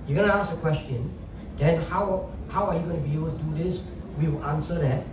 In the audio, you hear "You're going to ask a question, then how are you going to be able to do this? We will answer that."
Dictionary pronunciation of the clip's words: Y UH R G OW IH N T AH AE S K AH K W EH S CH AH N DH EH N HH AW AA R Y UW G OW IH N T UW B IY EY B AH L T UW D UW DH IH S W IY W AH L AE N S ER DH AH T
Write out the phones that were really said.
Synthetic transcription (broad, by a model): Y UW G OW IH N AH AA S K AH K W EH S CH AH N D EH N HH AW AA W Y UW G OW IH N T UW B IY EY B AH L T UW D UW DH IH S W IY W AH N S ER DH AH T